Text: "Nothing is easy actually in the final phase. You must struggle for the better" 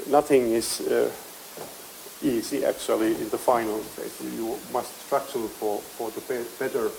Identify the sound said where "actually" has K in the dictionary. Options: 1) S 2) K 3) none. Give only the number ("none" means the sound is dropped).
2